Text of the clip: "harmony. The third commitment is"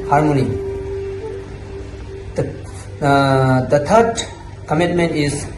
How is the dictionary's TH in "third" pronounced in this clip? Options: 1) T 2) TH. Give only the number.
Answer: 1